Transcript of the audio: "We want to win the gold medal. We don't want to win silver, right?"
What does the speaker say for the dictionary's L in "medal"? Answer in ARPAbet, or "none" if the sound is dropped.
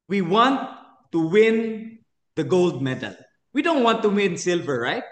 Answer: L